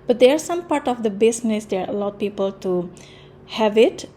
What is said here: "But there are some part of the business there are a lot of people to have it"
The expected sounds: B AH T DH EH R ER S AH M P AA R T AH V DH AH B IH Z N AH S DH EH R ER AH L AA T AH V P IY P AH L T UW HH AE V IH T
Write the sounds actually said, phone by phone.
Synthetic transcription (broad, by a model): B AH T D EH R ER S AH M P AA R T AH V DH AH B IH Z N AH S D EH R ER AH L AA AH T P IY P AH L T UW HH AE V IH T